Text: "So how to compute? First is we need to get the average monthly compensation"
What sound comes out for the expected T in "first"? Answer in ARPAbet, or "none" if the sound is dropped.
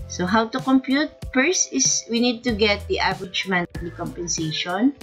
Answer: none